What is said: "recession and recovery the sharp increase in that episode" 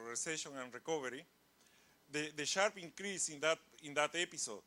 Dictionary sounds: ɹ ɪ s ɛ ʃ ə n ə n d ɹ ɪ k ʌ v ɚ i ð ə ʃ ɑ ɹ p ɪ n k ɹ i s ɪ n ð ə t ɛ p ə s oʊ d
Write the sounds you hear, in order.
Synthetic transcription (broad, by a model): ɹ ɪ s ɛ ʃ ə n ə n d ɹ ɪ k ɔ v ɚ i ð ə ʃ ɑ ɹ p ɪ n k ɹ i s ɪ n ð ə t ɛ p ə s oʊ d